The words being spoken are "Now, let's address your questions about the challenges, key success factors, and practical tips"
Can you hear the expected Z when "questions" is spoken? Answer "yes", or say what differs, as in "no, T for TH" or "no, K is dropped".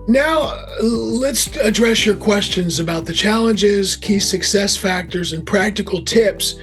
yes